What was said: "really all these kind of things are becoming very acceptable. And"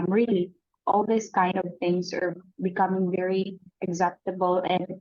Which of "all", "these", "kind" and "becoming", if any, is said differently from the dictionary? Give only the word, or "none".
these